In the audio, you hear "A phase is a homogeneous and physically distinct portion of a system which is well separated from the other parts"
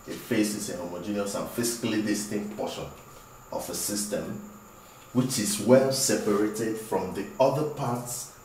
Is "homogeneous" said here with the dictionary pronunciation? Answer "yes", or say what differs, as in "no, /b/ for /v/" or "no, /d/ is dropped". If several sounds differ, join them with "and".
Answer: yes